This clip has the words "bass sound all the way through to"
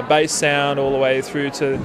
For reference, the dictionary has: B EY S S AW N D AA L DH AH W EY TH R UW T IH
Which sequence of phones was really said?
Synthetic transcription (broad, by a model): B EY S S AW N D AA L DH AH W EY TH R UW T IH